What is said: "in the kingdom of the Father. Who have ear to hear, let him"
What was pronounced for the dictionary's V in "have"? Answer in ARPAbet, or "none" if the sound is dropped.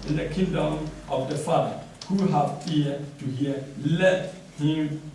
F